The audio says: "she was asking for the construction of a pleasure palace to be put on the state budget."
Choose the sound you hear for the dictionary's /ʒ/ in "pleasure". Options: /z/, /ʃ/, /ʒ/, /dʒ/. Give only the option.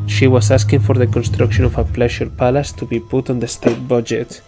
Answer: /ʃ/